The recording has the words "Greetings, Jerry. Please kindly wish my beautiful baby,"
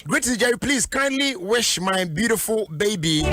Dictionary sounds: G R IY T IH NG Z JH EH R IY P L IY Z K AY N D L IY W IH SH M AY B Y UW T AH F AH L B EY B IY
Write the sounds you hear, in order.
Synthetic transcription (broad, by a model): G R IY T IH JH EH IY P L IY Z K AY N D L IY W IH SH M AY B Y UW T AH F AH L B EY B IY